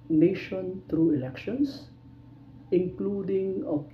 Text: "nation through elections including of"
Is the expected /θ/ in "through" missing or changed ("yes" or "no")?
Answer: yes